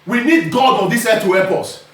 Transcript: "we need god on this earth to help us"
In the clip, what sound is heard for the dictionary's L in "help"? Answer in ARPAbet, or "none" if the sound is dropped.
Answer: none